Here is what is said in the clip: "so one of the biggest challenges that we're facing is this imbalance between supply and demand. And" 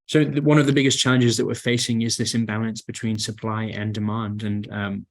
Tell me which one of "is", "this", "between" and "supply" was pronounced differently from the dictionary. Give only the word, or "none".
none